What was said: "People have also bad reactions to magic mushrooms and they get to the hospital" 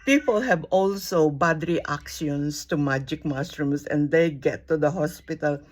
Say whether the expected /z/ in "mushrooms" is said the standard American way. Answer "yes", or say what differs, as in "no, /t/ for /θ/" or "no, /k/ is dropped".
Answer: no, /s/ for /z/